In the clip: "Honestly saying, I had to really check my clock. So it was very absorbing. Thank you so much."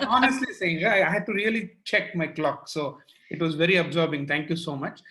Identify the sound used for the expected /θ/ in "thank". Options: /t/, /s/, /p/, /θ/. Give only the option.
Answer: /t/